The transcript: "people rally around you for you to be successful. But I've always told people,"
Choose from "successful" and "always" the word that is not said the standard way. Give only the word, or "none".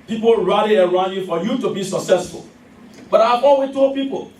always